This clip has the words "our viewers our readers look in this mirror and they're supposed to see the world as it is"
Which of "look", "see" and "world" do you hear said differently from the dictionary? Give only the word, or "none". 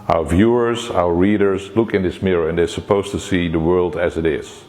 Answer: none